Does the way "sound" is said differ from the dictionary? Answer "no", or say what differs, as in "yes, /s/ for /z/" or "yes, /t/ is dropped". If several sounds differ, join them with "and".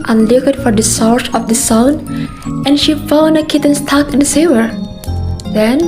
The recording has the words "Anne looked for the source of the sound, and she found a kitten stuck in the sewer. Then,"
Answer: yes, /d/ is dropped